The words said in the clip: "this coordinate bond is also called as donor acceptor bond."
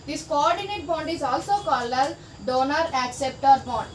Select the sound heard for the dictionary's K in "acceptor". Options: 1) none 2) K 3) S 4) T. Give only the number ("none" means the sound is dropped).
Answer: 2